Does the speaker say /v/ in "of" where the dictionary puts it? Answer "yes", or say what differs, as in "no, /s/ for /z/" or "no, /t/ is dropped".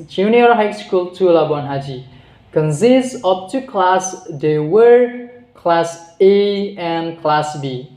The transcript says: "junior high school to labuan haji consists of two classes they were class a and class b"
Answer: no, /p/ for /v/